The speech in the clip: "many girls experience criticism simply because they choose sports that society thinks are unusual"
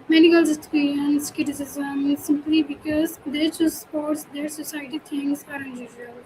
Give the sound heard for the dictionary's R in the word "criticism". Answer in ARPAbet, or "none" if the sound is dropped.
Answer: none